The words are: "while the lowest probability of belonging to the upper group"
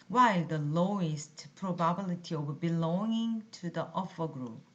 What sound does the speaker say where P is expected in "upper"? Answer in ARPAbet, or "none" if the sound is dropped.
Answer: F